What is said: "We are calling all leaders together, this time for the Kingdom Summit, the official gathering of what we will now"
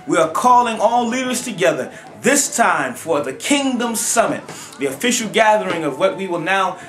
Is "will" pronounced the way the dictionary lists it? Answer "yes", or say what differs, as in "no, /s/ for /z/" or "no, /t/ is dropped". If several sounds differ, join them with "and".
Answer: yes